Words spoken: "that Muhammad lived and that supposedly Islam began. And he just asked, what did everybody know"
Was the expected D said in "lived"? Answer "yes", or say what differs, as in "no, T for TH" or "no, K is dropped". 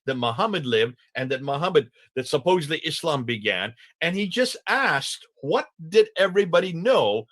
yes